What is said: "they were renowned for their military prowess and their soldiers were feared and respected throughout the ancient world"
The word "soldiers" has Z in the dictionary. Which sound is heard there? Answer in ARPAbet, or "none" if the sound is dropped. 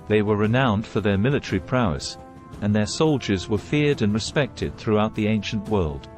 Z